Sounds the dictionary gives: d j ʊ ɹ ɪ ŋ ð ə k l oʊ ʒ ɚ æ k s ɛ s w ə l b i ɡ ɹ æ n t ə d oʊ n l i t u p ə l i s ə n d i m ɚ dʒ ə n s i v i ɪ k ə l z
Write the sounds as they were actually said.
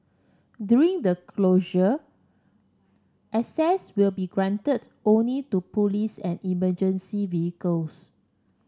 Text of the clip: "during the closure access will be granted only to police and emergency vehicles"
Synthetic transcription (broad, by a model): d j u ɹ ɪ ŋ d ə k l oʊ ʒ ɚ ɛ s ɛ s w ə l b i ɡ ɹ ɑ n t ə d oʊ n l i t u p ə l i s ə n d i m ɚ dʒ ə n s i v i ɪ k ə l s